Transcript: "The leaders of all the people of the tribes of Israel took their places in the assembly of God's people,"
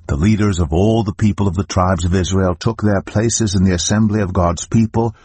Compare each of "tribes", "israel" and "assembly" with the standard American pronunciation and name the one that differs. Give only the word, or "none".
none